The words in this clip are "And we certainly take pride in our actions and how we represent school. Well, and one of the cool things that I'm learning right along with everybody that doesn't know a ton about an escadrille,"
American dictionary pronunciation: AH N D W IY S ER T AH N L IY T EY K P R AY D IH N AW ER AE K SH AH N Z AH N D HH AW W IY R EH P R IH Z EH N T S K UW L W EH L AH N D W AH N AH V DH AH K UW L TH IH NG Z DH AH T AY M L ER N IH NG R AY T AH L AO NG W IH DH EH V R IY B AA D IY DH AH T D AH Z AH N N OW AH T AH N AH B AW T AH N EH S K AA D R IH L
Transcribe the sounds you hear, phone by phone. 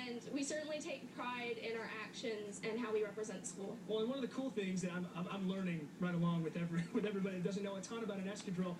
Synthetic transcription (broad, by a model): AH N W IY S ER T N L IY T EY K P R AY D IH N AW ER AE K SH AH N Z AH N HH AW W IY R EH P R IH Z EH N T S K UW L W EH L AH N W AH N AH V DH AH K UW L TH IH NG Z DH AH T AY M L ER N IH NG R AY T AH L AO NG W IH DH EH V R IY B AA D IY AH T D AH Z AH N N OW AH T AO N AH B AW T AH N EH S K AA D R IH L